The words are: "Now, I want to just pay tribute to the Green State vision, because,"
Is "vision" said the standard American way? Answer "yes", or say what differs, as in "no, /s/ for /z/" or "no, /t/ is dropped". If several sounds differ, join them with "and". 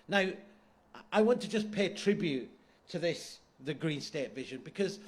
yes